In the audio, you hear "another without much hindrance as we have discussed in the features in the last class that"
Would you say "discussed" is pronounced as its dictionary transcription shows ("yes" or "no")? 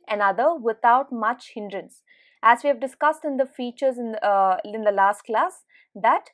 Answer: yes